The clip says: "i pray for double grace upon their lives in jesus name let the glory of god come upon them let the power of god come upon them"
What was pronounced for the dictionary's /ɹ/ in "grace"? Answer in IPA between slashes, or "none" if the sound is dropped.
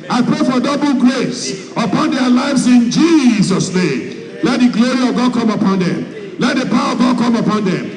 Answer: /ɹ/